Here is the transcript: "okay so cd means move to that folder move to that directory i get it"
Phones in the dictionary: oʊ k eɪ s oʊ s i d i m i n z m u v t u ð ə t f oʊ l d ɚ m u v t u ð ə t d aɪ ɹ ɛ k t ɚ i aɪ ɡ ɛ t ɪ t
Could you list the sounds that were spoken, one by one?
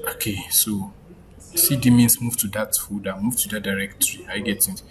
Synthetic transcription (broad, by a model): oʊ k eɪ s oʊ s i d i m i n s m u v t u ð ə t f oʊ d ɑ m u v t u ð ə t d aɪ ɹ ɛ k t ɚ i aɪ ɡ ɛ t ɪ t